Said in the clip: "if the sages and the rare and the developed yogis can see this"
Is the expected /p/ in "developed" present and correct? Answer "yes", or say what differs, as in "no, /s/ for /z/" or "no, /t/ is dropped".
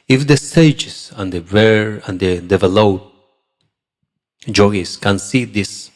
no, /p/ is dropped